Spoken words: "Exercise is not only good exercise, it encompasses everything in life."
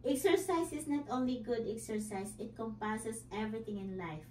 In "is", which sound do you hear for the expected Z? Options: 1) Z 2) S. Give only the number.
2